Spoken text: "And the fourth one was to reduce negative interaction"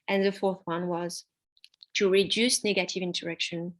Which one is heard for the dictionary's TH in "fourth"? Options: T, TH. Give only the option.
TH